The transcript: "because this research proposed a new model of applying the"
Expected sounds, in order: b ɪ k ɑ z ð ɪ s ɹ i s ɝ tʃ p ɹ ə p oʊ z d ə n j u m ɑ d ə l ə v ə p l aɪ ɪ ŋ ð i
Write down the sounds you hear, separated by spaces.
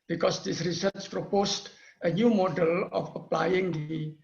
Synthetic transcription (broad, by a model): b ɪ k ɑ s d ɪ s ɹ i s ɝ tʃ p ɹ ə p oʊ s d ə n j u m ɑ d ə l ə f ə p l aɪ ɪ ŋ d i